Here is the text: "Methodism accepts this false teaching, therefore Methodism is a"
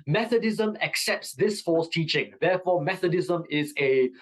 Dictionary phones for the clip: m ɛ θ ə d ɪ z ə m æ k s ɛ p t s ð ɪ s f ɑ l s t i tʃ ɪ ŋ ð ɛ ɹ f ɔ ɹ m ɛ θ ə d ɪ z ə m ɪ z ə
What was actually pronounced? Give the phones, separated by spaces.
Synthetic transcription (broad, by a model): m ɛ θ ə d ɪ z ə m æ k s ɛ p t s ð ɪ s f ɑ s t i tʃ ɪ ŋ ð ɛ f ɔ m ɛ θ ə d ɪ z ə m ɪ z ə